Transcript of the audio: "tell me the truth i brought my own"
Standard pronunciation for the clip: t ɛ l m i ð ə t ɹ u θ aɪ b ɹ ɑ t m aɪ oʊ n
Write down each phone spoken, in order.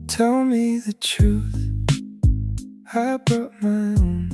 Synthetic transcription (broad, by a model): t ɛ l m i ð ə t ɹ u θ aɪ b ɹ ɑ t m aɪ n